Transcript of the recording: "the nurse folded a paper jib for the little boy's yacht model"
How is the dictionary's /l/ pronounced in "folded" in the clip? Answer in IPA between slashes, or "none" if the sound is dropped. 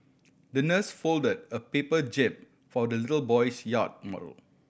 /l/